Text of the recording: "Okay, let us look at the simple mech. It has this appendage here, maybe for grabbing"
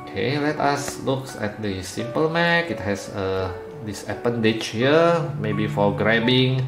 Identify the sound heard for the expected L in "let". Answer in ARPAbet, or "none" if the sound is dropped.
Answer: L